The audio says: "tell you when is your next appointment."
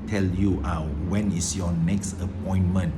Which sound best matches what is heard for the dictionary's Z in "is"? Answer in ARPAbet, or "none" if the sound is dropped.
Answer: S